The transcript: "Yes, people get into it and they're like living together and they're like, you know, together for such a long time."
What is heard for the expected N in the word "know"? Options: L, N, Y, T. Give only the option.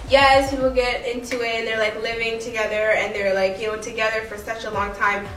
L